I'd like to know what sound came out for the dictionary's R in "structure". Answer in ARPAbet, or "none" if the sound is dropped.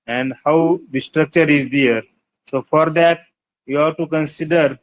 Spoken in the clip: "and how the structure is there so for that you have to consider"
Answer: R